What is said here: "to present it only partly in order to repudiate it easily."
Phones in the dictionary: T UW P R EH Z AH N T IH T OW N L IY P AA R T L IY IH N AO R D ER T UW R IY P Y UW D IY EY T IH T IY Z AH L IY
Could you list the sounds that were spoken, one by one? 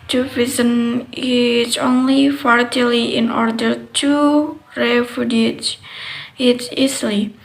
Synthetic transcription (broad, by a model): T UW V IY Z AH N IH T OW N L IY F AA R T L IY IH N AO R D ER T UW R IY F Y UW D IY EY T IH T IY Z L IY